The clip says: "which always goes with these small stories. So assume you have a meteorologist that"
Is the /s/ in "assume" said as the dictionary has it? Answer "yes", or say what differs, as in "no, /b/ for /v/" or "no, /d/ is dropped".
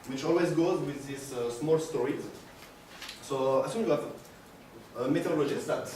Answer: no, /s/ is dropped